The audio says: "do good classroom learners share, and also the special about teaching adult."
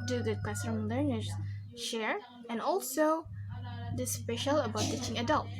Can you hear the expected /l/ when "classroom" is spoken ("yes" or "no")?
no